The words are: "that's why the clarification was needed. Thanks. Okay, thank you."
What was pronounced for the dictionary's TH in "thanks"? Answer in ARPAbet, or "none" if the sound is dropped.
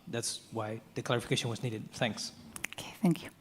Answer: TH